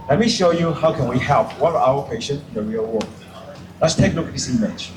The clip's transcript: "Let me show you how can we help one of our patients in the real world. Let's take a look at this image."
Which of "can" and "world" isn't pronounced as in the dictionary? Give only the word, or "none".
world